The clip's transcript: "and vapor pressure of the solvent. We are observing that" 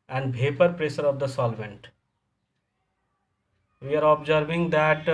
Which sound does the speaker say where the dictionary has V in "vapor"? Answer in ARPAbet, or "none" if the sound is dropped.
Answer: B